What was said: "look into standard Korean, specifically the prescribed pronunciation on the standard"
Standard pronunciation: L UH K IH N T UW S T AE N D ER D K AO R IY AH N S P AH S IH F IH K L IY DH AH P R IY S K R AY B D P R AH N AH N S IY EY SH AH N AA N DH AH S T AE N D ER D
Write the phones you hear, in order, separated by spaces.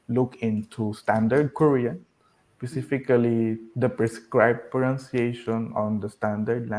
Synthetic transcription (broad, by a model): L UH K IH N T UW S T AE N D ER D K AO R IY AH N S P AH S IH F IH K L IY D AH P R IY S K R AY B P AH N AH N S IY EY SH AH N AA N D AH S T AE N D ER D